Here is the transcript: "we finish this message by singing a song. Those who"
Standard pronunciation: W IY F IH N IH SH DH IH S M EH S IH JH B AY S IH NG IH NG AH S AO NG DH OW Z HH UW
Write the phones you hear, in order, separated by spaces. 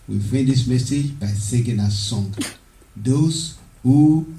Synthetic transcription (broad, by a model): W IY F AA IH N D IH S M EH S IH JH B AY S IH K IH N AH S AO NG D OW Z HH UW